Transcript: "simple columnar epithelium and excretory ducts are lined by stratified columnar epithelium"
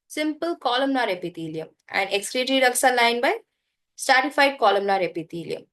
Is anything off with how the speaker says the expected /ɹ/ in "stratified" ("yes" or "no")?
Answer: yes